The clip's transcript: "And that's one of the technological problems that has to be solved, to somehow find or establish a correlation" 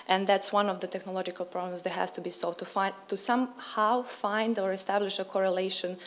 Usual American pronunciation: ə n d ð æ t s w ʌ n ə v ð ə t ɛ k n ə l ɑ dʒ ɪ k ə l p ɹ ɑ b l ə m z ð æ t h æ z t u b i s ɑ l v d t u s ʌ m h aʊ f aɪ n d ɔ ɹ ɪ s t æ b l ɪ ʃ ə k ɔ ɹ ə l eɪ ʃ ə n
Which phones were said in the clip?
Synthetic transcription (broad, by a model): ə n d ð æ t s w ʌ n ə v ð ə t ɛ k n ə l ɑ dʒ ɪ k ə l p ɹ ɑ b l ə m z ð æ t h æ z t u b i s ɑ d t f t u s ʌ m h aʊ f aɪ n d ɔ ɹ ɪ s t æ b l ɪ ʃ ə k ɔ ɹ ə l eɪ ʃ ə n